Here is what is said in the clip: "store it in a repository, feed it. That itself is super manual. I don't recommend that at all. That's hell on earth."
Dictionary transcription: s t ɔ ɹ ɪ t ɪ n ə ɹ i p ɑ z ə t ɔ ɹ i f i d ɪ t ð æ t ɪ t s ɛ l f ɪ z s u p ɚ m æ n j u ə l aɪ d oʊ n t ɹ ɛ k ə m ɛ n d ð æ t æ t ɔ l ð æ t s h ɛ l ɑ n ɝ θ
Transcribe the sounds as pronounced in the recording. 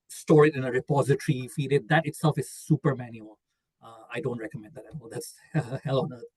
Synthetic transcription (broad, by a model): s t ɔ ɹ ɪ t ɪ n ə ɹ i p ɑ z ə t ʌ ɹ i f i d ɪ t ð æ t ɪ t s ɛ l f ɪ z s u p ɚ m æ n j u ə l aɪ d oʊ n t ɹ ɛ k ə m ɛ n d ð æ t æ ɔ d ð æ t s h ɛ l ɑ n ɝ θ